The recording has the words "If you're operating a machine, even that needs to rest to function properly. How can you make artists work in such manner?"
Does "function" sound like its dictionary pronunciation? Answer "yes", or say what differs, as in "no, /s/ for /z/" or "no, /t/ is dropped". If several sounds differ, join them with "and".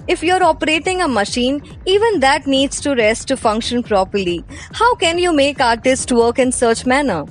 yes